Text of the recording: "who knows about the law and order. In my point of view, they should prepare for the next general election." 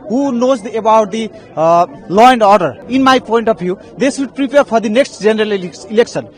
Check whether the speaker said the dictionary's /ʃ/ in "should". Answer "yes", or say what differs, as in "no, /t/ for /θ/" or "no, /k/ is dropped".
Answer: no, /s/ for /ʃ/